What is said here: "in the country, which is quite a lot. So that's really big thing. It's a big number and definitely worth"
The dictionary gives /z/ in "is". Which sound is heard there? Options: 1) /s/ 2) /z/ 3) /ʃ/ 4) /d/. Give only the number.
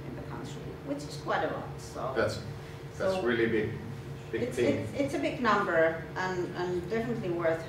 1